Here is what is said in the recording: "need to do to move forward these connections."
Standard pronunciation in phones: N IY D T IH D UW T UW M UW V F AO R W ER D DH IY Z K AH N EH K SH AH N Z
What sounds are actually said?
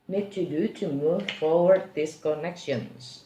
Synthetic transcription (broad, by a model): N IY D T IH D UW T UW M UW V F AO R W ER D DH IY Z K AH N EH K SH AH N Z